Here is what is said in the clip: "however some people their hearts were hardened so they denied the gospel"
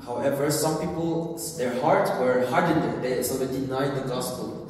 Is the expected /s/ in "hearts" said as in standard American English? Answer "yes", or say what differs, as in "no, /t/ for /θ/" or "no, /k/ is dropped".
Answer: no, /s/ is dropped